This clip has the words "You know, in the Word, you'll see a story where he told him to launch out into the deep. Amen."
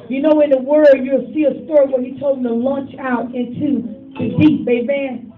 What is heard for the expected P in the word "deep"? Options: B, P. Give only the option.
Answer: B